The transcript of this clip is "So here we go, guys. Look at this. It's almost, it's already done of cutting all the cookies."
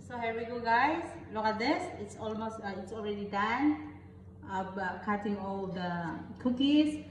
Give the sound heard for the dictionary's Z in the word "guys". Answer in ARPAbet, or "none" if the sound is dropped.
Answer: S